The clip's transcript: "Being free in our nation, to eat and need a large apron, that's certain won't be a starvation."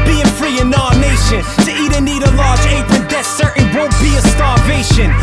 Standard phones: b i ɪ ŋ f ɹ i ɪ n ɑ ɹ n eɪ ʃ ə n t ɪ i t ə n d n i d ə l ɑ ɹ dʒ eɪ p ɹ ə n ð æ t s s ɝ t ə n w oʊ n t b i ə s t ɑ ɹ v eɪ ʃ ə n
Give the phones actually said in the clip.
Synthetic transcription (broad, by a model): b i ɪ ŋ f ɹ i ɪ n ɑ n eɪ ʃ ə n t ɪ i t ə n n i d ə l ɑ ɹ dʒ eɪ p ɹ ə n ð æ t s s ɝ t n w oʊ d b i ə s t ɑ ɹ v eɪ ʃ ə n